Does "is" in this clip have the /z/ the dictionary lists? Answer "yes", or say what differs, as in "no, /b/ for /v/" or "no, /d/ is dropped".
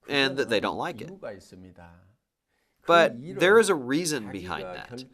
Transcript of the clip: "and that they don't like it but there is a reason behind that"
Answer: yes